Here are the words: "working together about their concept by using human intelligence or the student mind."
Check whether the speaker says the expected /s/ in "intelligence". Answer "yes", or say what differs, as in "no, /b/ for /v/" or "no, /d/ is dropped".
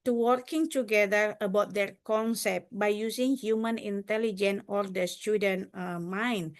no, /s/ is dropped